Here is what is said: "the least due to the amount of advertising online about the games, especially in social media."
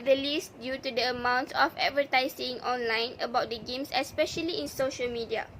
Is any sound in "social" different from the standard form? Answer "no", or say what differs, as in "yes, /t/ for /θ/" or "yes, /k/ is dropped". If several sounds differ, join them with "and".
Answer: no